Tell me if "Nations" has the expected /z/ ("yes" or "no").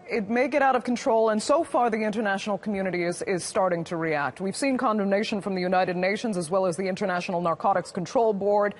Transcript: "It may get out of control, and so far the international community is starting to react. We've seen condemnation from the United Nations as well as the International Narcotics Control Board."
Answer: yes